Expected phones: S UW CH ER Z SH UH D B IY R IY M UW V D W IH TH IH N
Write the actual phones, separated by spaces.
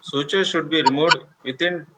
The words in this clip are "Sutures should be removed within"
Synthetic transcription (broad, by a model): S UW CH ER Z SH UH D B IY R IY M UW D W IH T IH N